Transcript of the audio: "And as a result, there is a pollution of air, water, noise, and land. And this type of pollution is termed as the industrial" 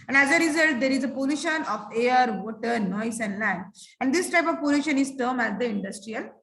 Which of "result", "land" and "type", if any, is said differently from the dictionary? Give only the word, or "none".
land